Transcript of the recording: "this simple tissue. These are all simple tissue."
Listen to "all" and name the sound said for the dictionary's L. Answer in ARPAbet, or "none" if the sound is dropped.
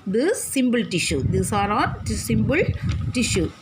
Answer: N